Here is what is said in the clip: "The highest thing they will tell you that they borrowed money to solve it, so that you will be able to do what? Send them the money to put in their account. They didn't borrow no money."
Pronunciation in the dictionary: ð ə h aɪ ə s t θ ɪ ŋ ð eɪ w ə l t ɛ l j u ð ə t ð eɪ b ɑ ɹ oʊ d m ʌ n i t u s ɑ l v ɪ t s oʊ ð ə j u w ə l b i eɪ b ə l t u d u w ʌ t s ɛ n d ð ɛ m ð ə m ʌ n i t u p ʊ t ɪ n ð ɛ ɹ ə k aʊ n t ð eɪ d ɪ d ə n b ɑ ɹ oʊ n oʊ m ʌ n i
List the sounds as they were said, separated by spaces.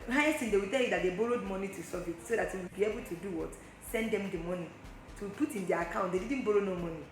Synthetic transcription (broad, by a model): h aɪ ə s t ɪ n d eɪ w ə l t ɛ l j u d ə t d eɪ b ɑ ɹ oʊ d m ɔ n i t u s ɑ v ɪ t s oʊ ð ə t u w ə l b i eɪ b ə l t u d u w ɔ t s ɛ n d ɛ m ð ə m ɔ n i t u p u t ɪ n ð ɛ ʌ ə k aʊ n t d eɪ d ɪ d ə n b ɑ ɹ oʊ n oʊ m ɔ n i